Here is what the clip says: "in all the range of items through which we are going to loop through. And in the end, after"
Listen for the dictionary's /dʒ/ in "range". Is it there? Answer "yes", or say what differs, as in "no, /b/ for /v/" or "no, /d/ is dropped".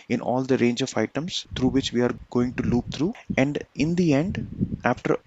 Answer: yes